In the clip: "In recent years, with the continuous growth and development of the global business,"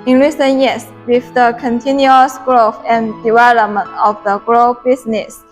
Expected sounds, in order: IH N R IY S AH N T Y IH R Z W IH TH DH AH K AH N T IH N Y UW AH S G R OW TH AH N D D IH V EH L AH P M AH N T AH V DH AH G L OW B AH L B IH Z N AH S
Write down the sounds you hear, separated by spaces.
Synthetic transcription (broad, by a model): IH N R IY S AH N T Y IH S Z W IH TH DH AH K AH N T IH N Y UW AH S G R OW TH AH N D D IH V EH L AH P M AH N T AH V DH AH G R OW AH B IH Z N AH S